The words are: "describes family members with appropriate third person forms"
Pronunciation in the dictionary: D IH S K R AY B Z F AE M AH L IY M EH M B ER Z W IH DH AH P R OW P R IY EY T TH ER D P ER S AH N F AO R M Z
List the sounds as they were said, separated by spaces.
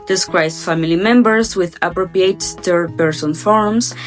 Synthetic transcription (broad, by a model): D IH S K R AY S F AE M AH L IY M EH M B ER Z W IH DH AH P R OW P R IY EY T T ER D P ER S AH N F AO R M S